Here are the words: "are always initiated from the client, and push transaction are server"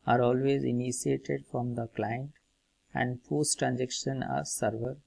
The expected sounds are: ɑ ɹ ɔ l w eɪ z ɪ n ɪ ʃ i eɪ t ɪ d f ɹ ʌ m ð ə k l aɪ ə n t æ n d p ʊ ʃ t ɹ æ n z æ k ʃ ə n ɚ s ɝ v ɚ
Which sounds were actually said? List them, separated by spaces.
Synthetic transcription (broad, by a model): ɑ ɹ ɔ l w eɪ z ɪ n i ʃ i eɪ t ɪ d f ɹ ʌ m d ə k l aɪ ə n t æ n d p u s t ɹ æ n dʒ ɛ k ʃ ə n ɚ s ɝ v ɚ